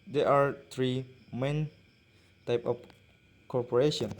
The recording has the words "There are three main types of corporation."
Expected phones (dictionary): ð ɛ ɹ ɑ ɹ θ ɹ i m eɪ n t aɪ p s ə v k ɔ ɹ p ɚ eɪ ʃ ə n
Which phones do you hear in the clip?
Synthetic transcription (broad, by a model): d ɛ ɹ ɑ ɹ t ɹ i m eɪ n t aɪ p ə f k ɔ ɹ p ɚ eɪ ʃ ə n